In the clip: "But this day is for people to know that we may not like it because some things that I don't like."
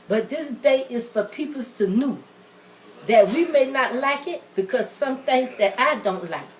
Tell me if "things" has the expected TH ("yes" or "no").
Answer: no